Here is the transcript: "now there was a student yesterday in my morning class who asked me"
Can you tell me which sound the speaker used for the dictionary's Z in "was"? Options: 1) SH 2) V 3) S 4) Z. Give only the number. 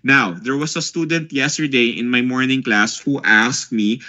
3